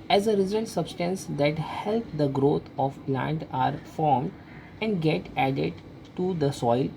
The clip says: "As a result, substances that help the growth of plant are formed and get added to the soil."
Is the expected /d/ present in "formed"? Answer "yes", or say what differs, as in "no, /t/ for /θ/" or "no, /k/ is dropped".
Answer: yes